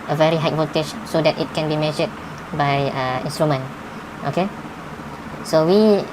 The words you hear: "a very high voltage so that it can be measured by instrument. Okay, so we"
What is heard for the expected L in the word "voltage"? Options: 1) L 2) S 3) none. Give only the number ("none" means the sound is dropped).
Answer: 3